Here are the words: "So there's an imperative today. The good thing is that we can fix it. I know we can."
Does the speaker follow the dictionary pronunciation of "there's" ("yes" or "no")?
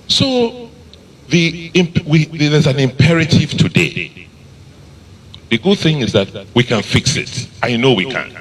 no